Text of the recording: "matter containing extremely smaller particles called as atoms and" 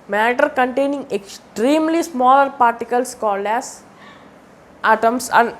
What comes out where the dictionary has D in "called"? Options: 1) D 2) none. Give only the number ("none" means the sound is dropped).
1